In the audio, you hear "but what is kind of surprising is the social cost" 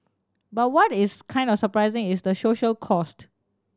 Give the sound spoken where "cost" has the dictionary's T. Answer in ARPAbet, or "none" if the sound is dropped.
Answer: T